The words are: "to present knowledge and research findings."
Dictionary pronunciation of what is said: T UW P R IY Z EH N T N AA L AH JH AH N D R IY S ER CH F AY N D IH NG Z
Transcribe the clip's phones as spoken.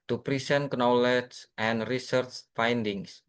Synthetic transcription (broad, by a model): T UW P R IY S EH N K N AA L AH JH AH N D R IY S ER CH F AY N D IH NG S